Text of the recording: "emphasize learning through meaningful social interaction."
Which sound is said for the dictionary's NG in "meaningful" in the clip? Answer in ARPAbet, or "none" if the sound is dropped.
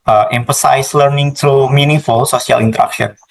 none